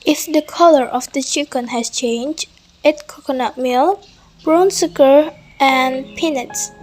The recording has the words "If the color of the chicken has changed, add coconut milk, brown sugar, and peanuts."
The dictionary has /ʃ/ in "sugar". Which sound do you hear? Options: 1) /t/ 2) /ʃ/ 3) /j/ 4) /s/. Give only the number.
4